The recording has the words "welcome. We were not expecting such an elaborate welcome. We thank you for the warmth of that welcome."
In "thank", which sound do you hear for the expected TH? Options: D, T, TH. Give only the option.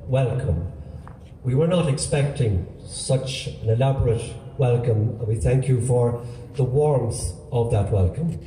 TH